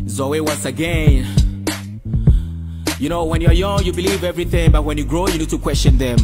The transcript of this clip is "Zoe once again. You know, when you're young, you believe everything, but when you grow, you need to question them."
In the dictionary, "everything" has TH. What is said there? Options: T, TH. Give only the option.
TH